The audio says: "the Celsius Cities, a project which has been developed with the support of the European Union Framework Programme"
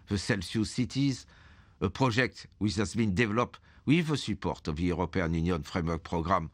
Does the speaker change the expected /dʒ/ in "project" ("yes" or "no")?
yes